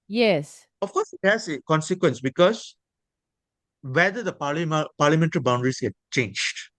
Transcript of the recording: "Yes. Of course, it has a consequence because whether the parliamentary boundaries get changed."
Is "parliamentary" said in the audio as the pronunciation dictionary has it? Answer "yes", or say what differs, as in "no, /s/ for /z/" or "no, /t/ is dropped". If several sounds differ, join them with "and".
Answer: no, /l/ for /ɹ/